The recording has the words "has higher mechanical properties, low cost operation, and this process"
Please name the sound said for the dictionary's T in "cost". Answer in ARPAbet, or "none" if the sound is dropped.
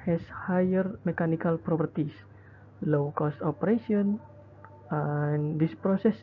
T